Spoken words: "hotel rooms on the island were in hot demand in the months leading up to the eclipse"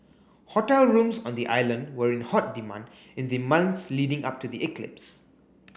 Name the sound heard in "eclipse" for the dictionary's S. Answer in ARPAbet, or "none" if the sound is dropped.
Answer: S